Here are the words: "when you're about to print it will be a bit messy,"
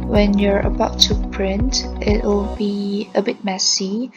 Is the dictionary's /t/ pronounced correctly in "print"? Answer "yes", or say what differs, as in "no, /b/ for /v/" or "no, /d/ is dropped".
yes